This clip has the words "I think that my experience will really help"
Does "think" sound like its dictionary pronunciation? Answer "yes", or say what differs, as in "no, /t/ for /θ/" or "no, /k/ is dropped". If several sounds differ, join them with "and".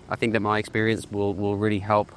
yes